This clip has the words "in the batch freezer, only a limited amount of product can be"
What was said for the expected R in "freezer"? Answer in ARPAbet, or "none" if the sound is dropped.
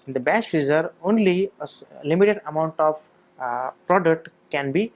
none